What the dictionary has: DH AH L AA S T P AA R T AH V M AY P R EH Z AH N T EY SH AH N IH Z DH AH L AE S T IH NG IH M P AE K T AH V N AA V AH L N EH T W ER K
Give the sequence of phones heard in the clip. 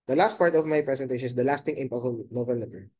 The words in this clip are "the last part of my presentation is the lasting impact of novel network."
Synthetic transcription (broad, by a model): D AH L AA S T P AA R T AH V M AY P R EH S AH N T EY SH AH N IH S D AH L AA S T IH NG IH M P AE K AH N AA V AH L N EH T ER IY